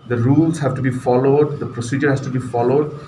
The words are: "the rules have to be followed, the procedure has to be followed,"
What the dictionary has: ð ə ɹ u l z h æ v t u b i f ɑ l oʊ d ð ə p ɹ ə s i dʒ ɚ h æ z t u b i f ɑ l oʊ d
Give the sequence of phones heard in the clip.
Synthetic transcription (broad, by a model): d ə ɹ u l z h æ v t u b i f ɑ l oʊ d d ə p ɹ ə s i dʒ ɚ h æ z t u b i f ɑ l oʊ d